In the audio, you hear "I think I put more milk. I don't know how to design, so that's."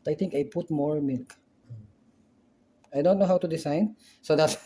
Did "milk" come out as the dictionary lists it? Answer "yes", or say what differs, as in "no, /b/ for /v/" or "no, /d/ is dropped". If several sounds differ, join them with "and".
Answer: yes